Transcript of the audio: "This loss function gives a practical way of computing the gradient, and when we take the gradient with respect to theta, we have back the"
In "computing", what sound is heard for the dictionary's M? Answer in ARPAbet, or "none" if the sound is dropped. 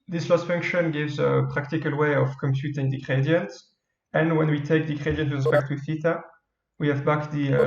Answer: M